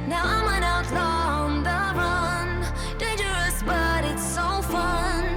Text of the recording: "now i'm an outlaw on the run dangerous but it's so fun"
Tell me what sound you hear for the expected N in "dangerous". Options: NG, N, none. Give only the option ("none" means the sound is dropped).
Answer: none